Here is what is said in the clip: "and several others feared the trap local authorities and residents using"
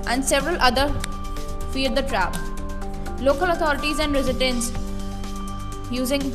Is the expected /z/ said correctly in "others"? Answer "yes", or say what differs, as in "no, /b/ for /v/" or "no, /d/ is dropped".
no, /z/ is dropped